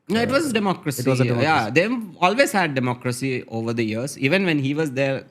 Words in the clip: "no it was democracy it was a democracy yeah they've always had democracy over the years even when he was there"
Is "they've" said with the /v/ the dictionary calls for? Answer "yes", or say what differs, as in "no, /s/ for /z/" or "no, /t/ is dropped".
no, /v/ is dropped